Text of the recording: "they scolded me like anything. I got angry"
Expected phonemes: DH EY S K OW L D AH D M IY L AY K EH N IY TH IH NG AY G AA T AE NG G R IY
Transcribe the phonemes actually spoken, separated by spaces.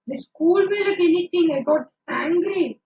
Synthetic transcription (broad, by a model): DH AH S K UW L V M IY L AY K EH N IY T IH NG AY G AA T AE NG G R IY